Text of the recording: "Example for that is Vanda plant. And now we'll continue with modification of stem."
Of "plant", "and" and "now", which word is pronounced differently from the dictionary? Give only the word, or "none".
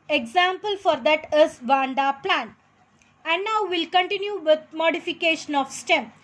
plant